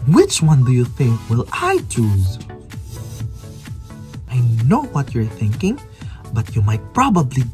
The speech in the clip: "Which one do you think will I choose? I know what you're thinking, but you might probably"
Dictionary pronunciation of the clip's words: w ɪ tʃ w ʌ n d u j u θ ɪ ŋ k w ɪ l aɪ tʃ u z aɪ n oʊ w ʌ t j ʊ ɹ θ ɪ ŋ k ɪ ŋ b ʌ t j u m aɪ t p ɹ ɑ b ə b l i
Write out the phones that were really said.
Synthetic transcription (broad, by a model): w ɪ tʃ w ʌ n d u j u θ ɪ ŋ k w ɪ l aɪ tʃ u z aɪ n oʊ w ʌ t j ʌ ɹ θ ɪ ŋ k ɪ ŋ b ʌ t j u m aɪ t p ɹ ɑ b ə b l i